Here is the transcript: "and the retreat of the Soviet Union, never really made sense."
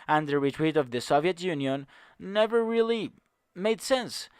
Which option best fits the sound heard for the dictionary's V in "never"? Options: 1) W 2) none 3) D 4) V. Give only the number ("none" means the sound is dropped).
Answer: 4